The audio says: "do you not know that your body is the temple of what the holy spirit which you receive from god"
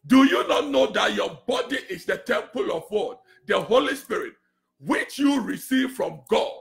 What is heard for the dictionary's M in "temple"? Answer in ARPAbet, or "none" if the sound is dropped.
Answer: M